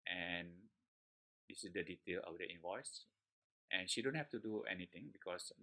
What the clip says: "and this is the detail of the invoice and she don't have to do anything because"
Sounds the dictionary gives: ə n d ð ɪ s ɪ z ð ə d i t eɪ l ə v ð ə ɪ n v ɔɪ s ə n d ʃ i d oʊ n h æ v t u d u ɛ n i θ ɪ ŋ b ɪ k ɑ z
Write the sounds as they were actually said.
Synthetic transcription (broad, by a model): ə n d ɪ s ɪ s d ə d i t eɪ l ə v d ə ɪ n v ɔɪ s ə n ʃ i d oʊ n h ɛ f t u d u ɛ n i t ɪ ŋ b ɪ k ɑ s